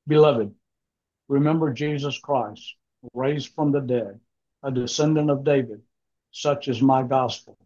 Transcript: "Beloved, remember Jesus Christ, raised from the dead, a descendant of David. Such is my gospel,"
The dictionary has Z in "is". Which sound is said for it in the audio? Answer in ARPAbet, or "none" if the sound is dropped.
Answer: Z